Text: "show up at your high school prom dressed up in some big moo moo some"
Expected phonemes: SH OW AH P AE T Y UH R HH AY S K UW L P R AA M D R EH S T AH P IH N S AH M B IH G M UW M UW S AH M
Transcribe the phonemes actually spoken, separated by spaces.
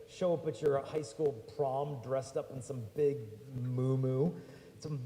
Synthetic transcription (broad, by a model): SH OW AH P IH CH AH R HH AY S K UW L P R AA M D R EH S T AH P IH N S AH M B IH G M UW M UW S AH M